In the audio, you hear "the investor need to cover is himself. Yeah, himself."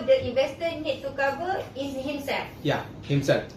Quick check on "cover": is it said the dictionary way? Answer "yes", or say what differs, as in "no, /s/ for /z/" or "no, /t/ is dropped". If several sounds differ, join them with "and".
no, /b/ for /v/